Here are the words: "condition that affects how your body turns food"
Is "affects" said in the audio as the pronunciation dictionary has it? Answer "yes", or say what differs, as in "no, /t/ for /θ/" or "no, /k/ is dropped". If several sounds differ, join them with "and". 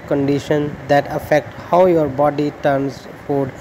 no, /s/ is dropped